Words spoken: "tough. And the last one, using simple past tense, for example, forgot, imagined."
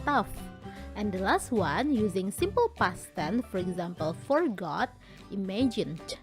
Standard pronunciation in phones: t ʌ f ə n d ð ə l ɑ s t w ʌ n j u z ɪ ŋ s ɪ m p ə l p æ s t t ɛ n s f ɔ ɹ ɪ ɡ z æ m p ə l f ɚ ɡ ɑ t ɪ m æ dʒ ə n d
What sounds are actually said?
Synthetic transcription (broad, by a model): t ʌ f ə n d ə l ɑ s t w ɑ n j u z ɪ ŋ s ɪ m p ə l p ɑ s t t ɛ n f ɔ ɹ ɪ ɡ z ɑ m p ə l f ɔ ɡ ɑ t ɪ m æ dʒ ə n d